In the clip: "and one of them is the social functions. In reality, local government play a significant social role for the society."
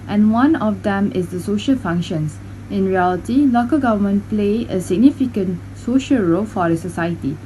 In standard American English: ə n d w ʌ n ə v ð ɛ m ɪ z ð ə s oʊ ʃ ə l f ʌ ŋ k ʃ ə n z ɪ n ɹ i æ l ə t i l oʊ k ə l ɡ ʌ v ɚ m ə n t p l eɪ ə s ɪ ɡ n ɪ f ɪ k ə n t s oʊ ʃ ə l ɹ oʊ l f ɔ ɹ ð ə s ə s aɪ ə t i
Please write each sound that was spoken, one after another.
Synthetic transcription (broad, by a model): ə n w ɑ n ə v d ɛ m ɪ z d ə s oʊ ʃ ə l f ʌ ŋ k ʃ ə n s ɪ n ɹ i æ l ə t i l oʊ k ə l ɡ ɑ v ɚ m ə n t p l eɪ ə s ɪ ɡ n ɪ f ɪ k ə n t s oʊ ʃ ə l ɹ oʊ l f ɔ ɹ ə s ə s aɪ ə t i